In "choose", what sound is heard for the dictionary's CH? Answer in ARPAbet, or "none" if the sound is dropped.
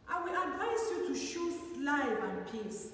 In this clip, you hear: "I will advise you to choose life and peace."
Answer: SH